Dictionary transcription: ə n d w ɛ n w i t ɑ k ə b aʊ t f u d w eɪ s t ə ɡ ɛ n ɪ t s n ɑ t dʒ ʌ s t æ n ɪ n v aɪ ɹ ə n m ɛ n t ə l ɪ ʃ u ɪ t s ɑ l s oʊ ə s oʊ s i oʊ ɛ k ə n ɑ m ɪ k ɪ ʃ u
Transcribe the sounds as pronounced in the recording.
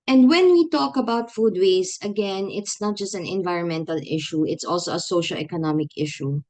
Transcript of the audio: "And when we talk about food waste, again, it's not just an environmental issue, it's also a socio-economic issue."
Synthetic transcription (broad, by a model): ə n d w ɛ n w i t ɑ k ə b aʊ t f u d w eɪ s ə ɡ ɛ n ɪ t s n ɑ t dʒ ʌ s t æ n ɪ n v aɪ ɹ ə n m ɛ n t ə l ɪ ʃ u ɪ t s ɑ l s oʊ ə s oʊ ʃ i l ɛ k ə n ɑ m ɪ k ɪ ʃ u